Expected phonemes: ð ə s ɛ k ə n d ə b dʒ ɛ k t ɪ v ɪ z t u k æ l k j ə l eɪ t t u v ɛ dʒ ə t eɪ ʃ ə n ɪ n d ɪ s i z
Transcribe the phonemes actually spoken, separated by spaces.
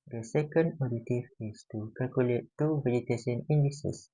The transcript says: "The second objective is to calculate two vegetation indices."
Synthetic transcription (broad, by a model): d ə s ɛ k ə n d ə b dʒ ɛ t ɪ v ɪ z t u k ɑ l k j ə l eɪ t t u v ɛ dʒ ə t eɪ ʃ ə n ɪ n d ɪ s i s